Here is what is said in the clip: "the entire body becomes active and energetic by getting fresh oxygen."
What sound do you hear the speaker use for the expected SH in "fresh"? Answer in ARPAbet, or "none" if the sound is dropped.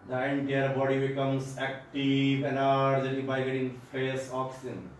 S